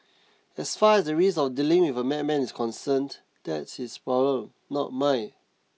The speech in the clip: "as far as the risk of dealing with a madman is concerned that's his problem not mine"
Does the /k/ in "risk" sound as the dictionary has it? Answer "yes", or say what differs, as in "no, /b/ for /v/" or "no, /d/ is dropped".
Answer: no, /k/ is dropped